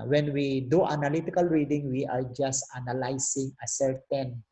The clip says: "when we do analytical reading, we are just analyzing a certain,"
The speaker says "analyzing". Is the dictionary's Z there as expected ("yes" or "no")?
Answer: no